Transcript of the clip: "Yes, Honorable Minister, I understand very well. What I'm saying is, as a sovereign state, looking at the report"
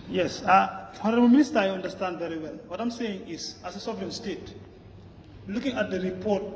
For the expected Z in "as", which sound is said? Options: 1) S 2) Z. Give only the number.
1